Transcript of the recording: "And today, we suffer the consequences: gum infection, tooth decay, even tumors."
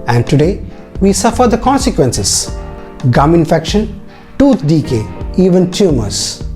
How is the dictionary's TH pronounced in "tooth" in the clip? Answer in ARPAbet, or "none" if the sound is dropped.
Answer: T